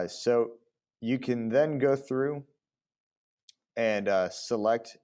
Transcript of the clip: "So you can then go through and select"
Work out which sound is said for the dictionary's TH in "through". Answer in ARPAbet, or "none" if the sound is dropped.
TH